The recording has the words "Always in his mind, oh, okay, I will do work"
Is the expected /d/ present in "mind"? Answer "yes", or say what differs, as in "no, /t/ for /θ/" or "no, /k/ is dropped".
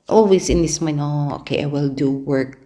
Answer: no, /d/ is dropped